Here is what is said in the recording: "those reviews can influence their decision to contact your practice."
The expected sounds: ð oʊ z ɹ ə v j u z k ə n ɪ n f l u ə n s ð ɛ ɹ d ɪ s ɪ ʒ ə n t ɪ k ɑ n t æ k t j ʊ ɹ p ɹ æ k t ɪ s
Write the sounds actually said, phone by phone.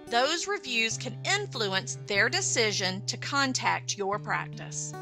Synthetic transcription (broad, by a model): ð oʊ z ɹ ə v j u z k ə n ɪ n f l u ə n s ð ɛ ɹ d ɪ s ɪ ʒ ə n t ɪ k ɑ n t æ k t j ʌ ɹ p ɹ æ k t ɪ s